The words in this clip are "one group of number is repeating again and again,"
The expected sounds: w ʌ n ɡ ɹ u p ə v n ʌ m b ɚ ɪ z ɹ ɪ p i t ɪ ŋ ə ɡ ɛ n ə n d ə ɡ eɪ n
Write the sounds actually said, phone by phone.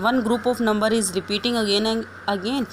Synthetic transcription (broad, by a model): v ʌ n ɡ ɹ u p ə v n ʌ m b ɚ ɪ z ɹ ɪ p i t ɪ ŋ ɡ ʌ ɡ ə n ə ɡ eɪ n